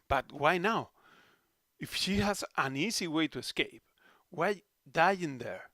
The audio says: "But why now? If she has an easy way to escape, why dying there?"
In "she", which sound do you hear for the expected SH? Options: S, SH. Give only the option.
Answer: SH